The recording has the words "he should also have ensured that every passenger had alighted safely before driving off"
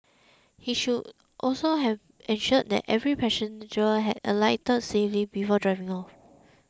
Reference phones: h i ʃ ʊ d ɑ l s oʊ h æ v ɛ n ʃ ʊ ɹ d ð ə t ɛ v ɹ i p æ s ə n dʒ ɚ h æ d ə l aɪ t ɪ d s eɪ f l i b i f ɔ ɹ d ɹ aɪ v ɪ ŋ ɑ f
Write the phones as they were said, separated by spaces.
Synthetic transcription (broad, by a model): h i ʃ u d ɑ l s oʊ h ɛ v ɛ n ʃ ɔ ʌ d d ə t ɛ v ɹ i p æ ʃ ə n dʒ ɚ h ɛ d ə l aɪ t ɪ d s eɪ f l i b i f ɔ d ɹ aɪ v ɪ ŋ ɑ f